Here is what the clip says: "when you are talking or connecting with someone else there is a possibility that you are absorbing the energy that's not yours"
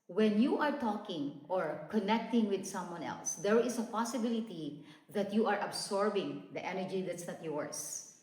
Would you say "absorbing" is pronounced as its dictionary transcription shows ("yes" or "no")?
no